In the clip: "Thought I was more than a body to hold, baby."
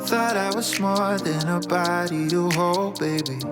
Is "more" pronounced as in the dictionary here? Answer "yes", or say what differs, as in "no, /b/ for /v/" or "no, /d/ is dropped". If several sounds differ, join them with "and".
no, /l/ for /ɹ/